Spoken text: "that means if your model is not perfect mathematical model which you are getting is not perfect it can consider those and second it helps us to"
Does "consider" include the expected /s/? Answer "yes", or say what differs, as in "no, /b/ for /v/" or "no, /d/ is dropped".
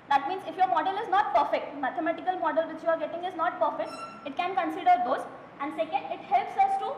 yes